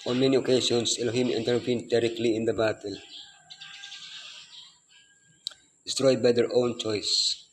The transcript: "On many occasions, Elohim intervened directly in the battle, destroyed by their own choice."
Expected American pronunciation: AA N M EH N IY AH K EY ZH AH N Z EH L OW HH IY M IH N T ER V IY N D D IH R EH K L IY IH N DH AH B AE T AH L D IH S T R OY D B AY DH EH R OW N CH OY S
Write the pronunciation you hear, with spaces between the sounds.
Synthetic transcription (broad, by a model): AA N M EH N IY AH K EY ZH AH N S EH L OW HH IY M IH N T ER P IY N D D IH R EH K L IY IH N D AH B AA T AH L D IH S T R OY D B AY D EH R OW N CH OY S